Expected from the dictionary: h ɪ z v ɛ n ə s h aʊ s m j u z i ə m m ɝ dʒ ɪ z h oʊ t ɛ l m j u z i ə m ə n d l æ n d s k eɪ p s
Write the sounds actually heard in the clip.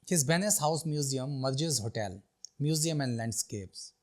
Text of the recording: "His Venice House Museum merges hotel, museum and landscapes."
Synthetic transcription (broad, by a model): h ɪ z b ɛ n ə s h aʊ s m j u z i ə m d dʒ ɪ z h oʊ t ɛ l m j u z i ə m ə n d l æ n d s k eɪ p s